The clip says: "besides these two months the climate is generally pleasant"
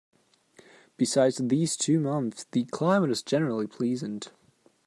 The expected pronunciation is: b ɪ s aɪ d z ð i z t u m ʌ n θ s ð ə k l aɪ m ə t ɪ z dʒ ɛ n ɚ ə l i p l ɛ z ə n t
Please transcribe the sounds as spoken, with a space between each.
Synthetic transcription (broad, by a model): b ɪ s aɪ d z ð i z t u m ʌ n θ s ð ə k l aɪ m ə t ɪ z dʒ ɛ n ɚ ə l i p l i z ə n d